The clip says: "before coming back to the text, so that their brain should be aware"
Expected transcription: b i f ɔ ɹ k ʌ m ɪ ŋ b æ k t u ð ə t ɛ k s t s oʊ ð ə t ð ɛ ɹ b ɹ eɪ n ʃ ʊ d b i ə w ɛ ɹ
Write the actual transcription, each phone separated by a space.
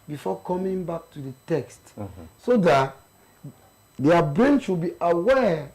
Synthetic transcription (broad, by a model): b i f ɔ k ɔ m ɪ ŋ b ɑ k t u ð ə t ɛ k s t s oʊ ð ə t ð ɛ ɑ b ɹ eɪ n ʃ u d b i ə w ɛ